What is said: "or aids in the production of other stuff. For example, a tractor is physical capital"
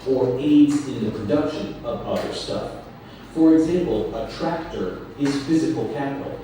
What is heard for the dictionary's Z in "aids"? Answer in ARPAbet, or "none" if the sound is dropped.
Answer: Z